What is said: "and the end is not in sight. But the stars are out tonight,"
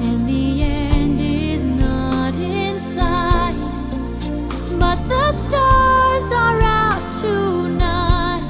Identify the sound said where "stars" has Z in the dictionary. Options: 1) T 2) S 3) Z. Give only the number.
3